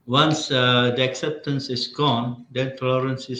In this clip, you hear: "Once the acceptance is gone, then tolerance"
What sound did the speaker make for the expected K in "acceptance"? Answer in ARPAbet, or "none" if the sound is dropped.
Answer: K